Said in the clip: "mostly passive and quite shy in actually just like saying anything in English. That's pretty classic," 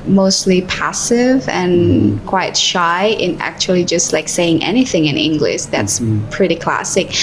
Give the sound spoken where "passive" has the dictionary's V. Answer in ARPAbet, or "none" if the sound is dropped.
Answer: V